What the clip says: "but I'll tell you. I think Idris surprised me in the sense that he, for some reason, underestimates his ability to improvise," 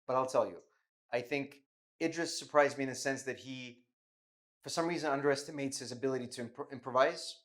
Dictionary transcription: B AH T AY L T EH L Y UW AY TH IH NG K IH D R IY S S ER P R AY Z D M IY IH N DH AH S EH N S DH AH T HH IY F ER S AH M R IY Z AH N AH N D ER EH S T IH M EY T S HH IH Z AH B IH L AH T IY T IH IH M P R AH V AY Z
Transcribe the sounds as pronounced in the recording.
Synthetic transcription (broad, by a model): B AH T AY L T EH L Y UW AY TH IH NG K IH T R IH S S ER P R AY Z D M IY IH N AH S EH N S DH AH T HH IY F ER S AH M R IY Z AH N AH N D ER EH S T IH M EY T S HH IH Z AH B IH L AH T IY T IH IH M P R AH V AY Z